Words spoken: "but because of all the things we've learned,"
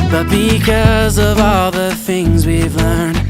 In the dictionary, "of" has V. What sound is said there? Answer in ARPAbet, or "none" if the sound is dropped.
V